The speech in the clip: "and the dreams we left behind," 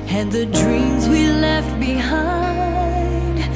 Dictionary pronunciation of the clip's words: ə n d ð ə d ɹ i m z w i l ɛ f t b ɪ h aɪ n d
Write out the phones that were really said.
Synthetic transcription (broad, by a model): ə n ð ə d ɹ i m z w i l ɛ f t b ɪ h aɪ n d